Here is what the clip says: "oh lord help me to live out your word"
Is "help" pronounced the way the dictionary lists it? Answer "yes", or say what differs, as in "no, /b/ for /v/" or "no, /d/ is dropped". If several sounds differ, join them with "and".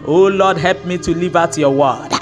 yes